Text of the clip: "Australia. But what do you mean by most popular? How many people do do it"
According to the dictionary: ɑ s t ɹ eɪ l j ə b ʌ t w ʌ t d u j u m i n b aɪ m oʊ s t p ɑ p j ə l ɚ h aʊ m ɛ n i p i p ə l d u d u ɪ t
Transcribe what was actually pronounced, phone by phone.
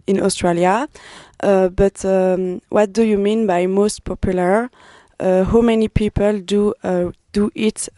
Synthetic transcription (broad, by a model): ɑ s t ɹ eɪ l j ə b ʌ t w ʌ t d u j u m i n b aɪ m oʊ s t p ɑ p j ə l ɚ h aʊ m ɛ n i p i p ə l d u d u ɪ t